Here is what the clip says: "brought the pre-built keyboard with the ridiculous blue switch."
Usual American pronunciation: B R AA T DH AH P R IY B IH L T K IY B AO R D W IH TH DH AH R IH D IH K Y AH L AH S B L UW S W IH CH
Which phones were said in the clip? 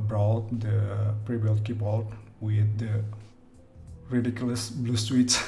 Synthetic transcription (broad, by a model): B R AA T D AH P R IY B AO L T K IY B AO L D W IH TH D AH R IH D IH K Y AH L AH S B L UW S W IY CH